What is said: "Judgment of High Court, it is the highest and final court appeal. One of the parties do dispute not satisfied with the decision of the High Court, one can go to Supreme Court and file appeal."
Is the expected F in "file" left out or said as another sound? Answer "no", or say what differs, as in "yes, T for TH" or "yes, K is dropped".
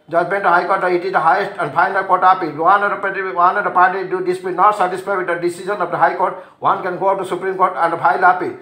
yes, P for F